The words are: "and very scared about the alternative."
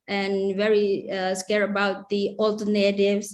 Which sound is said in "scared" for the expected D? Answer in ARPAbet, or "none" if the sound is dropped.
none